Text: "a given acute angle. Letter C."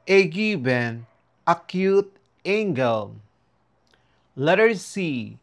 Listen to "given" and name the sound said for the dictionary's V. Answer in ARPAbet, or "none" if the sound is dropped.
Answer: B